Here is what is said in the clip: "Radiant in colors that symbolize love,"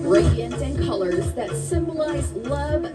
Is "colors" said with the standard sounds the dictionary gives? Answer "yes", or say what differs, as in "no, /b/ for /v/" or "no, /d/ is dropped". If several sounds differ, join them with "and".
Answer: yes